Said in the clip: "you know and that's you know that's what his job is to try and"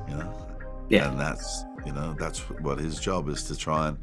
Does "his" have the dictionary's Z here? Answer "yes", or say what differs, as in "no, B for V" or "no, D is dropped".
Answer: yes